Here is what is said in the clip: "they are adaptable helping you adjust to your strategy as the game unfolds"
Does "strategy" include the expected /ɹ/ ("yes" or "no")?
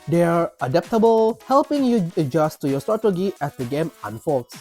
no